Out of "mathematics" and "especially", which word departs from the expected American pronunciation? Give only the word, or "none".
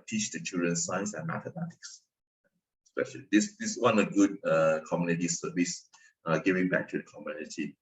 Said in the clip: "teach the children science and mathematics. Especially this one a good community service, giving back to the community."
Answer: mathematics